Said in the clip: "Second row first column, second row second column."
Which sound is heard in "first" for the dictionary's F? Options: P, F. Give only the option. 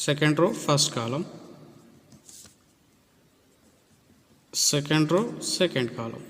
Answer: P